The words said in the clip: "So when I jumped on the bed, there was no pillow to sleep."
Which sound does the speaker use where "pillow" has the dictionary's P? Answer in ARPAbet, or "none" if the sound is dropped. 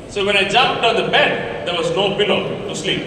B